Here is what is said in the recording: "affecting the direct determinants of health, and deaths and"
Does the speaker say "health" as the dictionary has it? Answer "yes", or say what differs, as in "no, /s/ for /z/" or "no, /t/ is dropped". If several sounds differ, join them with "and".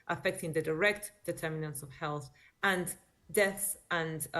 yes